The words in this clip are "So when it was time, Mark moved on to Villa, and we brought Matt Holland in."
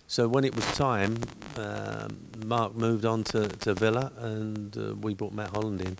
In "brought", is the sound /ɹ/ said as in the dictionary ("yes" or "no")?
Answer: no